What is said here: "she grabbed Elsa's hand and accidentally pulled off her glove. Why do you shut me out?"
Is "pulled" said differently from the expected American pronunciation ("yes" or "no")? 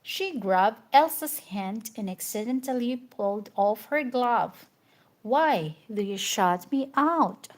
no